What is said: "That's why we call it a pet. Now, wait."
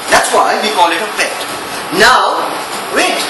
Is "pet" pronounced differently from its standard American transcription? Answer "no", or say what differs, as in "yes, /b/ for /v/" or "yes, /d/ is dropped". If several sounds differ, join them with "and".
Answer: yes, /f/ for /p/